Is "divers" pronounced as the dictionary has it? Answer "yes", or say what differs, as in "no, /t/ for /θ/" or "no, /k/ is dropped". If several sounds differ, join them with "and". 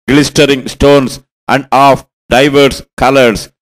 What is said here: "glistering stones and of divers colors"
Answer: no, /s/ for /z/